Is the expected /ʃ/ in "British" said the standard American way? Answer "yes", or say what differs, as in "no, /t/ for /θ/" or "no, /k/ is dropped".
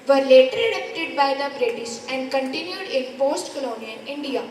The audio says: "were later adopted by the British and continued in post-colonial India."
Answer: no, /s/ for /ʃ/